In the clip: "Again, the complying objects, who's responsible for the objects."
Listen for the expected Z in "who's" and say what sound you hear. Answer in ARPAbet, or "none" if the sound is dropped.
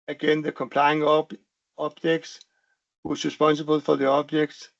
S